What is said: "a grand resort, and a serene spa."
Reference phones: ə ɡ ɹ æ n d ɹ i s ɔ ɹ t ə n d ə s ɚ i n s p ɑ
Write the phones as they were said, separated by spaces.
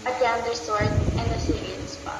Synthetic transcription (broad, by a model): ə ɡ æ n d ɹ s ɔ ɹ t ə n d ə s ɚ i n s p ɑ